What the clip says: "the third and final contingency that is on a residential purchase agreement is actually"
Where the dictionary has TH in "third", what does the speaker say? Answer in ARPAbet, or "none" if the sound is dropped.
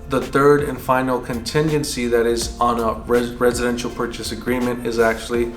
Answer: TH